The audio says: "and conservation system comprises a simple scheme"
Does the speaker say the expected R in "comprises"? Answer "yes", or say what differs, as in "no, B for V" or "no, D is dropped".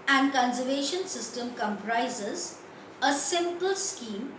yes